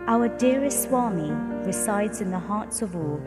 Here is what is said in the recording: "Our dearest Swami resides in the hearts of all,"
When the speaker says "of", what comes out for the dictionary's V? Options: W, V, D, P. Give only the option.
V